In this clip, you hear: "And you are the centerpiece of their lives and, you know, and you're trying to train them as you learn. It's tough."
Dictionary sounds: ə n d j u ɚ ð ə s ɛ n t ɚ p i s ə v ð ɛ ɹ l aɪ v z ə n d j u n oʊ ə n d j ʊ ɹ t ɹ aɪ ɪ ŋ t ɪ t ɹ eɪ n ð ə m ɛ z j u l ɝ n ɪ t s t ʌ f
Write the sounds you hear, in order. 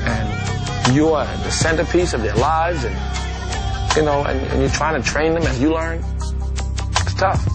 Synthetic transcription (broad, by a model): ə n j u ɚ ð ə s ɛ n t ɚ p i s ə v ð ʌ ɹ l aɪ v z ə n j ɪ n oʊ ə n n j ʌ ɹ t ɹ aɪ ɪ ŋ t ɪ t ɹ eɪ n ð ə m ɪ z j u l ɝ n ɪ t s t ʌ f